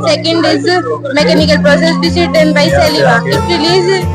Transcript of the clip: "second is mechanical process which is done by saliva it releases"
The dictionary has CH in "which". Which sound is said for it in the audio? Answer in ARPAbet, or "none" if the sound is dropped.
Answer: S